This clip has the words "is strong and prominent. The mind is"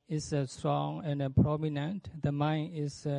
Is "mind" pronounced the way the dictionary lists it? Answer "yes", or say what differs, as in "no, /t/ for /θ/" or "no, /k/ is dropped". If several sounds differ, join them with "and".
no, /d/ is dropped